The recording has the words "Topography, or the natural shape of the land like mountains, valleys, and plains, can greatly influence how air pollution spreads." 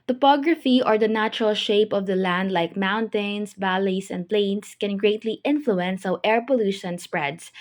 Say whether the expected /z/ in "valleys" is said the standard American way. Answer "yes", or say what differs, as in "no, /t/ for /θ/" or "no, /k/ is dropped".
no, /s/ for /z/